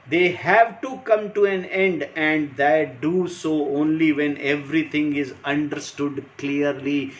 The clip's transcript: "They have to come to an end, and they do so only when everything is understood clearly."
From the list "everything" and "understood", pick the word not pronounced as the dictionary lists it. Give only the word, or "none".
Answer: everything